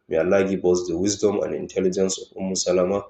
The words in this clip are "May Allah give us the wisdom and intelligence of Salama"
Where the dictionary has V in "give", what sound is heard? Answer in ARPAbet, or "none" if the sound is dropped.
B